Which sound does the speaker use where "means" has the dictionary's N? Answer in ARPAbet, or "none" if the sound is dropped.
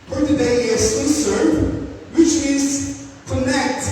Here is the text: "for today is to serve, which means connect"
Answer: none